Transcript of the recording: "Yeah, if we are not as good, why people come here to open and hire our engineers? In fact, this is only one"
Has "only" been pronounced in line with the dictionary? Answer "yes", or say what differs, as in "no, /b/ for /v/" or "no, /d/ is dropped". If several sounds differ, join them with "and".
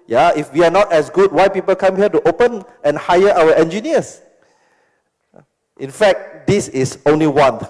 yes